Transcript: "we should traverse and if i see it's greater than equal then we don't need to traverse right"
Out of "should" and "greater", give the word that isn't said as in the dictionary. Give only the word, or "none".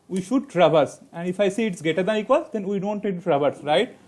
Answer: greater